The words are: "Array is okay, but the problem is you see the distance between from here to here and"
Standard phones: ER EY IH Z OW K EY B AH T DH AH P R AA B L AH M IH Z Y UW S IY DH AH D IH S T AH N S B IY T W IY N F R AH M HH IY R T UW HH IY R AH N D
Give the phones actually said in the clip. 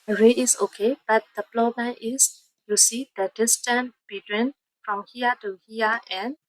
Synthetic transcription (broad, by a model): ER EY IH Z OW K EY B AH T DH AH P L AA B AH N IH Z Y UW S IY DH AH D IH S T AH N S B IY T W IY N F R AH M HH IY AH T UW HH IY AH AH N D